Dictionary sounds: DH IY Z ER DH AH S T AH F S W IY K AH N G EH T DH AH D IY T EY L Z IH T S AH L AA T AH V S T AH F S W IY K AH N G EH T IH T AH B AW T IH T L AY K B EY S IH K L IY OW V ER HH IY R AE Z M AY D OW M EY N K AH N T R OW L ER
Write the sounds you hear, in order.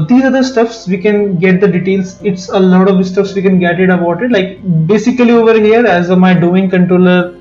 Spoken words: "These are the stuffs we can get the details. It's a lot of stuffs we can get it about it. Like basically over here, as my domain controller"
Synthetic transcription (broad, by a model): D IY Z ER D AH S T AH F S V IY K AH N G EH T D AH D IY T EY L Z IH T S AH L AA T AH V S T AH F S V IY K AH N G EH T IH T AH B AW T IH T L AY K B EY S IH K L IY OW V ER HH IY R AE Z M AY D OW IH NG K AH N T R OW L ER